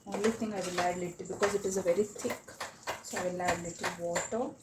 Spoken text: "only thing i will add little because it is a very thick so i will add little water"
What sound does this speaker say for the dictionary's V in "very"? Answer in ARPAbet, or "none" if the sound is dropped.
V